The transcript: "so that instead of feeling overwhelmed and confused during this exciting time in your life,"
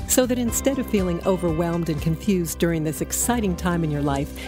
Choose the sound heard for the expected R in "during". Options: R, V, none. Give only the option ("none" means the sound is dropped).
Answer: R